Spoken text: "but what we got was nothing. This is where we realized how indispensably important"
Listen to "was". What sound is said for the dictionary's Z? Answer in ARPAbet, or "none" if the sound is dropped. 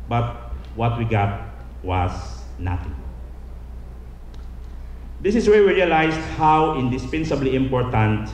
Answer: S